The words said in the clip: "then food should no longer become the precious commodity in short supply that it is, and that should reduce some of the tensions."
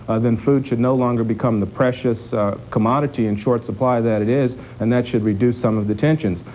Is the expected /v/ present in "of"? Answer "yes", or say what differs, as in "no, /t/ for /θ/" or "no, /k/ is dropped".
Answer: yes